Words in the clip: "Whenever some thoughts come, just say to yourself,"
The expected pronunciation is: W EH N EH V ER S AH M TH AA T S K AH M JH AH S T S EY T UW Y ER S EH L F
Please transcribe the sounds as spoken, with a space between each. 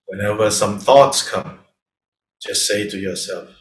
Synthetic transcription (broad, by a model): W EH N EH V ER S AH M TH AA T S K AH M JH AH S T S EY T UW Y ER S EH L F